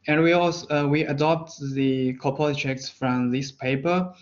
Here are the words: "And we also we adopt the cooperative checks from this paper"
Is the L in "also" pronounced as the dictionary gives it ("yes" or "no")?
no